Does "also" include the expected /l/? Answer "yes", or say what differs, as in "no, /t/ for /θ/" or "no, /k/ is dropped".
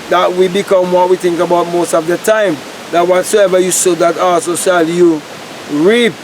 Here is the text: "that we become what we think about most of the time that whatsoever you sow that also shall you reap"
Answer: no, /l/ is dropped